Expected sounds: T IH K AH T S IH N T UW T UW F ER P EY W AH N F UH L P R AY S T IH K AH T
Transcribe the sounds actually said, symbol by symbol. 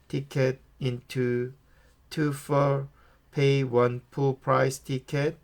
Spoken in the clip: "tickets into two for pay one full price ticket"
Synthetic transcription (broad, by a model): T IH K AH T IH N T UW T UW F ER P EY W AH N P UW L P R AY S T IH K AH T